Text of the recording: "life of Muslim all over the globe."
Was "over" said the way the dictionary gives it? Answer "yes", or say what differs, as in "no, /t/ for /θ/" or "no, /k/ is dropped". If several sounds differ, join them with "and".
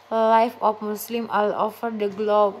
no, /f/ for /v/